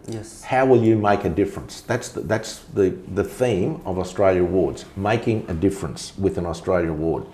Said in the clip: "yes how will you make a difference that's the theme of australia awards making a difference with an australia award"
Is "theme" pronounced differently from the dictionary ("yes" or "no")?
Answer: no